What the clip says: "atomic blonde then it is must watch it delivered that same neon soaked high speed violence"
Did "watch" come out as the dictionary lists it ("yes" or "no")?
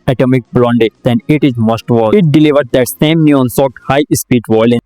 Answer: no